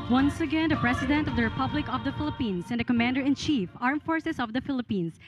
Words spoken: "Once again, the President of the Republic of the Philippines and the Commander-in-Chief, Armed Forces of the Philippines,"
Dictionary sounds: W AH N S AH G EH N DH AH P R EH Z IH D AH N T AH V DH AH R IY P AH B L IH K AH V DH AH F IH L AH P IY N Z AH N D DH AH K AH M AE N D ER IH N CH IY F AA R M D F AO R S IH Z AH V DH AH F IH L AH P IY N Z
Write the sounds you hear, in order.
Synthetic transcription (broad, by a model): W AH N S AH G EH N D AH P R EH S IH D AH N T AH V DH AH R IY P AH B L IH K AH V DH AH F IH L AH P IY N S AH N D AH K AH M AE N D ER IH N CH IY F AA R M F AO R S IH S AH V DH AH F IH L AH P IY N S